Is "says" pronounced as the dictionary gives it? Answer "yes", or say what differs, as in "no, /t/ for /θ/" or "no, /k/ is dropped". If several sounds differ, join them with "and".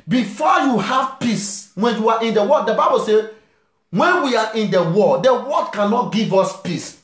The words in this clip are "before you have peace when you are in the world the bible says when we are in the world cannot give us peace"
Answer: no, /z/ is dropped